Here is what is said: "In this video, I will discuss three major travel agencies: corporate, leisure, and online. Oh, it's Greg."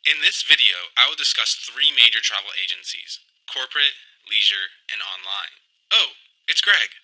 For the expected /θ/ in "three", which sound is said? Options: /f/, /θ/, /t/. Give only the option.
/θ/